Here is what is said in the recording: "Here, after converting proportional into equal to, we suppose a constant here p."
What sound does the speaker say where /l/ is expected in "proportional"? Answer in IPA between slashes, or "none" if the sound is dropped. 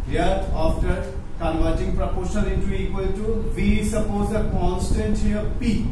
/n/